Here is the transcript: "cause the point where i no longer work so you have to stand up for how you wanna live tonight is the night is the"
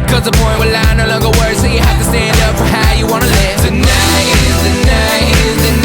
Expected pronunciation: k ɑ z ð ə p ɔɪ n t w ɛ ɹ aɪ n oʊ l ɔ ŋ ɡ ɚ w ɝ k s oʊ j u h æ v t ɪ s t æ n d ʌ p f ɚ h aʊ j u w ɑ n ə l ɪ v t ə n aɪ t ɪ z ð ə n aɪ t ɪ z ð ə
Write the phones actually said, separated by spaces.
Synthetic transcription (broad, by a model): k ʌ z ð ə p ɔɪ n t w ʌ l aɪ n oʊ l ɔ ŋ ɡ ɚ w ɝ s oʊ j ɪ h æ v t ɪ s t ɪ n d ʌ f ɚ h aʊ j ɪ w ɑ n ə l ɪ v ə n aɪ ɪ z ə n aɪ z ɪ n